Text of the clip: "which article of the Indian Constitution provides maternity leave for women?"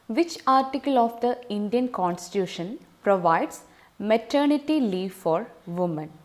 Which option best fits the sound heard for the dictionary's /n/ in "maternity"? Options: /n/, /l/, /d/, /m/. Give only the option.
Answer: /n/